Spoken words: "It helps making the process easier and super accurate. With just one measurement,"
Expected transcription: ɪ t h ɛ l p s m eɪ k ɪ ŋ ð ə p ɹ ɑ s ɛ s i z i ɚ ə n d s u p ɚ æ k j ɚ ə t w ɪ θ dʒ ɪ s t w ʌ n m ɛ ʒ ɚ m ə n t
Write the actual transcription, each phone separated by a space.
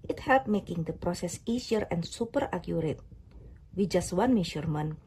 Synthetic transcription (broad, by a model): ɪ t h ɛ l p m eɪ k ɪ ŋ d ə p ɹ ɑ s ɛ s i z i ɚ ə n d s u p ɚ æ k j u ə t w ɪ dʒ ɪ s t w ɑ n m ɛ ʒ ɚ m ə n